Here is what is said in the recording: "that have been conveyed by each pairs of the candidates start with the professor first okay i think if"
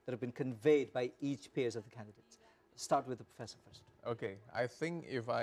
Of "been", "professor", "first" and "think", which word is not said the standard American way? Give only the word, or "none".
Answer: none